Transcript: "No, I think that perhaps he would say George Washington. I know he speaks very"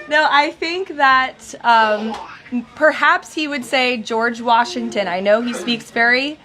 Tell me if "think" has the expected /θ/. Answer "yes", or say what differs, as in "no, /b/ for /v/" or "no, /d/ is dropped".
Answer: yes